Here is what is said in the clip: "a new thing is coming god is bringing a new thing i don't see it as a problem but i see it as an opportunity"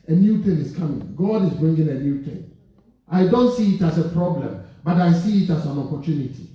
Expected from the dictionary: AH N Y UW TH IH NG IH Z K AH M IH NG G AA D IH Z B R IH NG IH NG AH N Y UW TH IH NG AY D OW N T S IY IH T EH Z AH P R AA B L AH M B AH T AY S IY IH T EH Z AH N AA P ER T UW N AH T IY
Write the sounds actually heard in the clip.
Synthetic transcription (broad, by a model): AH N Y UW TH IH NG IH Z K AH M IH NG G AA D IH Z B R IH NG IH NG AH N Y UW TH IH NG AY D OW N T S IY IH T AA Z AH P R AA B L AH M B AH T AY S IY IH T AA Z AH N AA P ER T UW N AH T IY